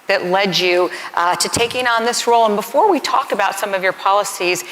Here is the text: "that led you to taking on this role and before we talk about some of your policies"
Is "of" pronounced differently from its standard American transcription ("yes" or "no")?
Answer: no